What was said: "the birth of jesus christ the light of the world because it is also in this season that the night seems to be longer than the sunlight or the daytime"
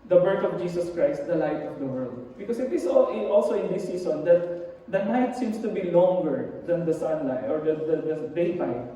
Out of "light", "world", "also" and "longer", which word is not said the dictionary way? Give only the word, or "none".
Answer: none